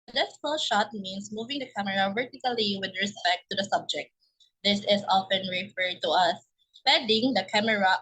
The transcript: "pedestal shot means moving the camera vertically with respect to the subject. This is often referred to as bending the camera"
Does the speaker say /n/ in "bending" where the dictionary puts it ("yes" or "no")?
no